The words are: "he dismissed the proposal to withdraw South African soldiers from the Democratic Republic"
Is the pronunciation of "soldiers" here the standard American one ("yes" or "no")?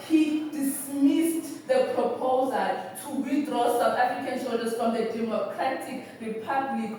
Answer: no